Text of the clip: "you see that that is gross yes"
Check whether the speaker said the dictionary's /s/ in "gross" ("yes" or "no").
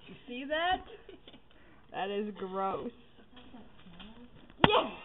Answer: yes